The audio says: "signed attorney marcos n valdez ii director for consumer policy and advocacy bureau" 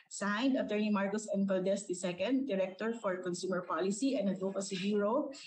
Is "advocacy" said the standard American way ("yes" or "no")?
no